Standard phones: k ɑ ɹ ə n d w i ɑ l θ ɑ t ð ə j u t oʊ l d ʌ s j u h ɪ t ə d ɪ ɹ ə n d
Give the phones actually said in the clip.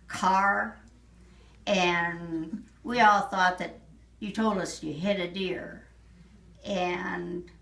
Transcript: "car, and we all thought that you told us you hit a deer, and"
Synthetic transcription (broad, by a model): k ɑ ɹ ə n w i ɑ l θ ɑ t ð ə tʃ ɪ t oʊ l d ʌ s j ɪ h ɪ t ə d ɪ ɹ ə n